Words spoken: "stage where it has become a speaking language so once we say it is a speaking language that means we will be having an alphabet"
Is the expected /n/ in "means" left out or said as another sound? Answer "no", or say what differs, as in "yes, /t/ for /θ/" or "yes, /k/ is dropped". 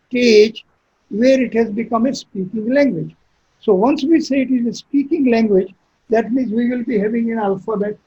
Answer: no